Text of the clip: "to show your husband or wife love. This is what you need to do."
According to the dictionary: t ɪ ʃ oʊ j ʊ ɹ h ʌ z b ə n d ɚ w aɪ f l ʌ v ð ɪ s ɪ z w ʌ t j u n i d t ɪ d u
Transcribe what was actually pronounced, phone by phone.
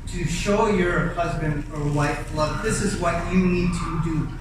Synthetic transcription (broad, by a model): t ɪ ʃ oʊ j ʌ ɹ h ʌ z b ə n d ɚ w aɪ f l ʌ v ð ɪ s ɪ z w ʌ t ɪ n i d t ɪ d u